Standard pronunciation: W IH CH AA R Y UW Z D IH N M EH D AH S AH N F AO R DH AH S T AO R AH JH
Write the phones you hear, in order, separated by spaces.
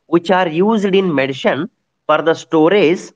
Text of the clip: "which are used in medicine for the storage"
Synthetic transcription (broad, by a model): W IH CH AA R Y UW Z D IH N M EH D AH SH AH N F AO R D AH S T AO R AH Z